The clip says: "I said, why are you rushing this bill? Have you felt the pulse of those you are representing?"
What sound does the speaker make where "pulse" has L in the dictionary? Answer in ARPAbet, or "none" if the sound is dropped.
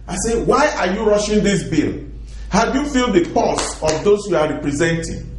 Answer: none